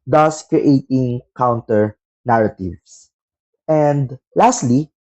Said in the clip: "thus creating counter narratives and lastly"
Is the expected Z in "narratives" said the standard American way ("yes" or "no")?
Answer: no